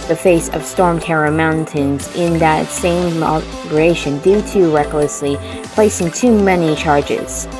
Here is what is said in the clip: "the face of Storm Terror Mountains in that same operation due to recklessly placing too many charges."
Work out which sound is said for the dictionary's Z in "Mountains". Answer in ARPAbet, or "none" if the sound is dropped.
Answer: Z